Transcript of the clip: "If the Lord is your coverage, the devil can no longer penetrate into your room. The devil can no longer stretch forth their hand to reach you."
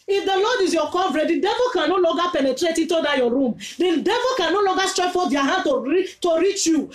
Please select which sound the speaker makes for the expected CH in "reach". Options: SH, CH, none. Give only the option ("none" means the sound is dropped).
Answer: CH